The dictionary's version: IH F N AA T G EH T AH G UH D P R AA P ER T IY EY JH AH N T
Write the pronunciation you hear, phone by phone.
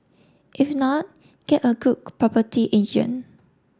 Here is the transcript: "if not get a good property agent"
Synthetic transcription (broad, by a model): IH F N AA T G EH T AH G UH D P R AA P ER T IY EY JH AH N